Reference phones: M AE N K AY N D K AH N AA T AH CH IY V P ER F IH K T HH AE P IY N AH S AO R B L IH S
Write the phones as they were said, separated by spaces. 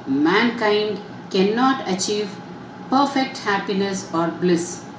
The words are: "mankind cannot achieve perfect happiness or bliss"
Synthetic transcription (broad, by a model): M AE N K AY N D K AH N AA T AH CH IY V P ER F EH K T HH AE P IY N AH S AO R B L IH S